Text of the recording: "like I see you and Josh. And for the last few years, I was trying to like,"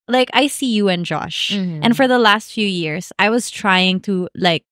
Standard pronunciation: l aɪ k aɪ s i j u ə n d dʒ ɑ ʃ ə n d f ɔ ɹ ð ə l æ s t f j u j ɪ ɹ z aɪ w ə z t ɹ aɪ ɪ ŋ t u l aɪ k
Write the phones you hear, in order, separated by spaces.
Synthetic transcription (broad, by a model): l aɪ k aɪ s i j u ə n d dʒ ɑ ʃ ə n f ɔ ɹ ð ə l æ s t f j u j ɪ ɹ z aɪ w ə z t ɹ aɪ ɪ ŋ t u l aɪ k